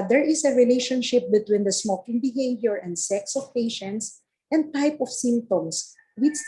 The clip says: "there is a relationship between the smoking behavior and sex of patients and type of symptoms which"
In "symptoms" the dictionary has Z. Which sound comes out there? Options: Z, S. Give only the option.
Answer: S